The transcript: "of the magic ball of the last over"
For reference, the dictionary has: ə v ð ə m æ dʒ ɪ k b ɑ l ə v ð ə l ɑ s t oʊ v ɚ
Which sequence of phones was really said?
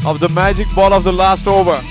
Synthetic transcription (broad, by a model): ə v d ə m æ dʒ ɪ k b ɑ l ə v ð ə l ɑ s t oʊ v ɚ